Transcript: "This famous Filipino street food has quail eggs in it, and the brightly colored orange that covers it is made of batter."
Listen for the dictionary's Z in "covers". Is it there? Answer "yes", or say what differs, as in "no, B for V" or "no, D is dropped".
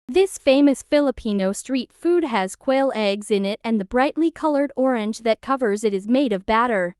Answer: yes